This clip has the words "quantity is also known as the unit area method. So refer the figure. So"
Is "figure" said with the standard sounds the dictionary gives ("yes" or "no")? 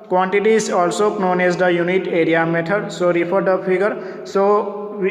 no